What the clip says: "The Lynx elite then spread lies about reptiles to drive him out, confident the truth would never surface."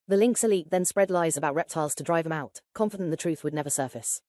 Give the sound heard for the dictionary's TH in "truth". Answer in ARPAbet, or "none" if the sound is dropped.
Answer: TH